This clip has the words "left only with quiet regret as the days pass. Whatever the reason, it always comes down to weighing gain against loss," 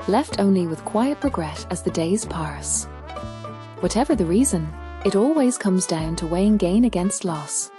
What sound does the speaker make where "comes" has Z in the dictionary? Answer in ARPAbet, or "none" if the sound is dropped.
Z